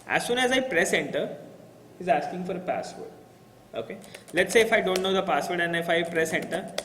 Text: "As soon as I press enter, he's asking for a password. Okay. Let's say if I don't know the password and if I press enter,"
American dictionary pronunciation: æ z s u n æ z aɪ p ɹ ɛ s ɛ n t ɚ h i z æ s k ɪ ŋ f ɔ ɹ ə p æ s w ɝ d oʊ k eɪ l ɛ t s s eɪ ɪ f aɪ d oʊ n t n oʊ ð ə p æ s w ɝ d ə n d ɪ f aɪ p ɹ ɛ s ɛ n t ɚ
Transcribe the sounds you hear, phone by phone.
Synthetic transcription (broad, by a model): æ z s u n æ z aɪ p ɹ ɛ s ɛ n t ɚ h i z æ s k ɪ ŋ f ɔ ɹ ə p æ s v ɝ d oʊ k eɪ l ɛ t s s eɪ ɪ f aɪ d oʊ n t n oʊ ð ə p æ s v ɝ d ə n ɪ f aɪ p ɹ ɛ s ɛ n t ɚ